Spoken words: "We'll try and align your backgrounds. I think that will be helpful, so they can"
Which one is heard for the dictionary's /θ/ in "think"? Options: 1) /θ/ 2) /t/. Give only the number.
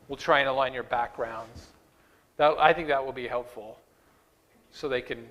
1